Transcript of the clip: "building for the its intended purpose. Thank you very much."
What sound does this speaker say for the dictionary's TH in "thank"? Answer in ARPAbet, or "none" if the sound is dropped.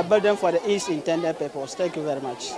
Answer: T